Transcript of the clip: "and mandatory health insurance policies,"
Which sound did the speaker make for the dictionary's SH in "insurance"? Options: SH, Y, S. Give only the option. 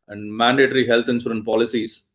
S